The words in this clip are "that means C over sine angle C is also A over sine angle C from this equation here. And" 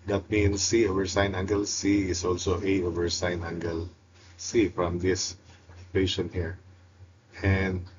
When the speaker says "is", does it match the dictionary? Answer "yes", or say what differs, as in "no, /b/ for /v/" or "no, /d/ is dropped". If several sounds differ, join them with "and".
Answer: no, /s/ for /z/